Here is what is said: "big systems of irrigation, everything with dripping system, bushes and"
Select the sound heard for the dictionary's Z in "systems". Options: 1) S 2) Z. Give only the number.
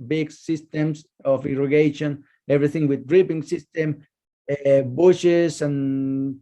1